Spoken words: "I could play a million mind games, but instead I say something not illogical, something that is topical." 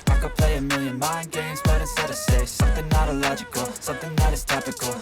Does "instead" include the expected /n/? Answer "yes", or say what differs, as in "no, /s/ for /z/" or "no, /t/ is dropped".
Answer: no, /n/ is dropped